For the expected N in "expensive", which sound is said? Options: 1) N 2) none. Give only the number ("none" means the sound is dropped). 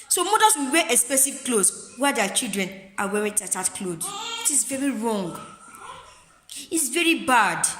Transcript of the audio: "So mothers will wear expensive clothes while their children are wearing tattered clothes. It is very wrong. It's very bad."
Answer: 2